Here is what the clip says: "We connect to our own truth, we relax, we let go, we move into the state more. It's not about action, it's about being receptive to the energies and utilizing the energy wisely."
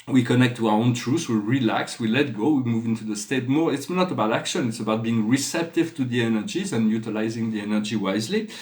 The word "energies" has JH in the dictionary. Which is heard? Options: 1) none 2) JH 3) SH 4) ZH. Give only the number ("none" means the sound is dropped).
2